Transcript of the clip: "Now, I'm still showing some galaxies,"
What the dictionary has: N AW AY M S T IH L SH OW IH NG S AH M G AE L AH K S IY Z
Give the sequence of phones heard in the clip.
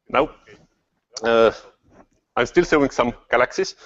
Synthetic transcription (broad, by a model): N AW AY M S T IH L S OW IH NG S AH M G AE L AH K S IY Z